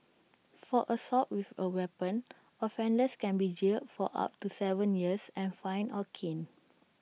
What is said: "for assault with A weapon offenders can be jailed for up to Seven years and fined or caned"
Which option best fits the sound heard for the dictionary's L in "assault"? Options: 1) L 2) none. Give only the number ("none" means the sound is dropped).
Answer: 2